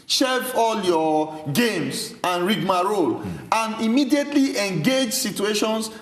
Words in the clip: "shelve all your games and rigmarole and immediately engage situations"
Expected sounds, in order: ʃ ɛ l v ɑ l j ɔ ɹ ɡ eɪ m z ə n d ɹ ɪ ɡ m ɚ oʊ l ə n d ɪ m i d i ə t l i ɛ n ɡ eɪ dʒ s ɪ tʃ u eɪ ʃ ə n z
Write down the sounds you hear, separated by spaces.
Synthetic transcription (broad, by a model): ʃ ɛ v ɑ l j ɔ ɡ eɪ m s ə n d ɹ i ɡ m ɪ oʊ l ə n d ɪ m i d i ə t l i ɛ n ɡ eɪ dʒ s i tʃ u eɪ ʃ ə n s